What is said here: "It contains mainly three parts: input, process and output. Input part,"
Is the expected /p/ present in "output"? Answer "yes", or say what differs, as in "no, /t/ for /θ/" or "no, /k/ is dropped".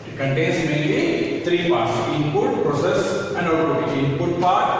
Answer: no, /p/ is dropped